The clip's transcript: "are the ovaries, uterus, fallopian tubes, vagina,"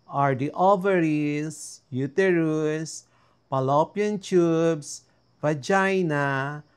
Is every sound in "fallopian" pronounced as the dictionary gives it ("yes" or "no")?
no